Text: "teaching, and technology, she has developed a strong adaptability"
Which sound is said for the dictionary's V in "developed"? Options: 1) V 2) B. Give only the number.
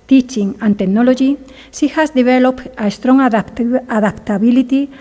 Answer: 2